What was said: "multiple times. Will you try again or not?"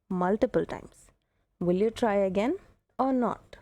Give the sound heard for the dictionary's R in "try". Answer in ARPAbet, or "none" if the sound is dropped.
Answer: R